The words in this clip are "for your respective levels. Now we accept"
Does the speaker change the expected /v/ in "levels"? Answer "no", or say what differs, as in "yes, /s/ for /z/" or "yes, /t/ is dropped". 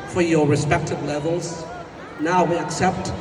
no